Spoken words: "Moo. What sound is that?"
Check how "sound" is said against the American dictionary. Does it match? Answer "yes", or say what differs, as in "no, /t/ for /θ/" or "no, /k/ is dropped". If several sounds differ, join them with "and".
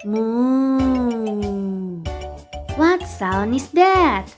no, /d/ is dropped